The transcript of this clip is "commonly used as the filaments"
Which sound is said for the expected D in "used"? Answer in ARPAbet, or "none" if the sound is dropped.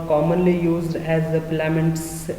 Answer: D